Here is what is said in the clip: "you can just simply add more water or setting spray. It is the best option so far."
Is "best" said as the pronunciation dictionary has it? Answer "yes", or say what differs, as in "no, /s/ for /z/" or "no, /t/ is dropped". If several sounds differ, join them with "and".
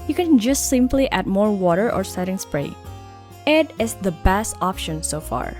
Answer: yes